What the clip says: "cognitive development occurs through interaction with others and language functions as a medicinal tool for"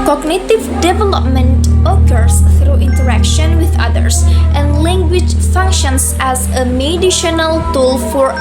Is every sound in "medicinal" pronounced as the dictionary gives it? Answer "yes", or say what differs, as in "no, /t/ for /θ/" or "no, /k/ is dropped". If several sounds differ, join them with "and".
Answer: no, /ʃ/ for /s/